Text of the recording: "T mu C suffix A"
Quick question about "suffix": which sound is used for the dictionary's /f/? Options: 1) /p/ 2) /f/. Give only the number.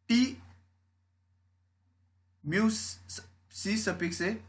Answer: 1